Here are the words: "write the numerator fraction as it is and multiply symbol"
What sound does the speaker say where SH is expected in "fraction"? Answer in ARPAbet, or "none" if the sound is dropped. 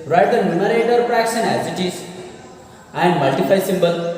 S